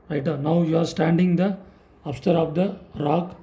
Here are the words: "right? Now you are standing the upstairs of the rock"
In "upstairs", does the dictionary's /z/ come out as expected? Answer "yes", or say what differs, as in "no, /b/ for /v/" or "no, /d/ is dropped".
no, /z/ is dropped